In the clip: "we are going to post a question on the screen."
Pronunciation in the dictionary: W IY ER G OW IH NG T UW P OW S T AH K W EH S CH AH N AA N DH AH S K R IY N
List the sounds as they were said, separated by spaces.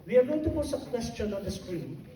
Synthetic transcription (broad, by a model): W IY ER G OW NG T UW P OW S AH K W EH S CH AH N AA N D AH S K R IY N